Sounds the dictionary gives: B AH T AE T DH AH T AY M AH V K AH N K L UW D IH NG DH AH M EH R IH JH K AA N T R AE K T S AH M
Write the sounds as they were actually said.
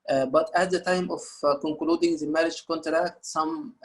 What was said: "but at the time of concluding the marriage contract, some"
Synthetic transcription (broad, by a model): B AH T AE T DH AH T AY M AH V K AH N K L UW D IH NG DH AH M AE R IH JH K AA N T R AE K T S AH M